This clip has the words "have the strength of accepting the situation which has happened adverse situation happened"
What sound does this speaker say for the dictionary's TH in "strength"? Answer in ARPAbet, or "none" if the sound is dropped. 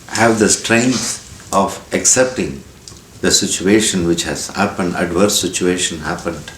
S